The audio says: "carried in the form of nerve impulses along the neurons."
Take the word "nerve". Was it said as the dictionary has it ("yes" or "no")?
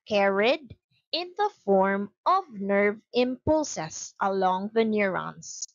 yes